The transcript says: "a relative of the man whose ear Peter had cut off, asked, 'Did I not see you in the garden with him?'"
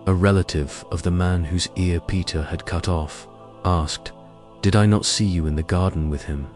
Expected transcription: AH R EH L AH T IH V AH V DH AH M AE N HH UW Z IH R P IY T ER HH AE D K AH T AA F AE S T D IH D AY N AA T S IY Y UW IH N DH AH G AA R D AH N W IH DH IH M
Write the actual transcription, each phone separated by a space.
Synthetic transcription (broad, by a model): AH R EH L AH T IH V AH V DH AH M AE N HH UW Z IH R P IY T ER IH D K AH T AA F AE S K D IH D AY N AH T S IY Y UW IH N DH AH G AA R D N W IH DH IH M